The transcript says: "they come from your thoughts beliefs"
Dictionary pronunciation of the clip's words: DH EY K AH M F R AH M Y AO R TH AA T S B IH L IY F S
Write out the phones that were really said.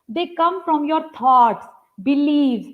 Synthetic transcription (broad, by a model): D EY K AH M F R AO M Y AO R T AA T S B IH L IY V